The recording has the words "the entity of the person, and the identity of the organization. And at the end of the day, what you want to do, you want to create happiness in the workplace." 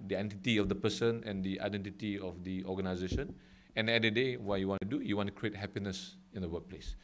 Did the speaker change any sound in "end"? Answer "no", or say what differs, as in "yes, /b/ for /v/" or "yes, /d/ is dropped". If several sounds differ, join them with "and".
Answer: yes, /n/ is dropped